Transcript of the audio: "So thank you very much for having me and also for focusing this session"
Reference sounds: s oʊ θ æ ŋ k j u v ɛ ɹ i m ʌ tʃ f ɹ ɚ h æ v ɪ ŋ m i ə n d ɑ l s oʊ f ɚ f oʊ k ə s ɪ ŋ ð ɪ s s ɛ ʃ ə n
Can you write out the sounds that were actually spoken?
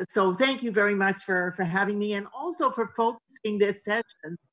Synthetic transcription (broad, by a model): s oʊ θ æ ŋ k j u v ɛ ɹ i m ʌ tʃ f ɹ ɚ h æ v ɪ ŋ m i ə n ɑ l s oʊ f ɚ f oʊ k ə s ɪ ŋ ð ɪ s s ɛ ʃ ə n